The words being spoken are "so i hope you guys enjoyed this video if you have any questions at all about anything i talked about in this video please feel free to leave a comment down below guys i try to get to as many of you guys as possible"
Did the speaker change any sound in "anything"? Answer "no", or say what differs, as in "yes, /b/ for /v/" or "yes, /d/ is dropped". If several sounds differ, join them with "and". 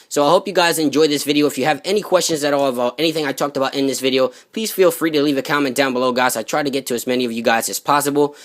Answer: no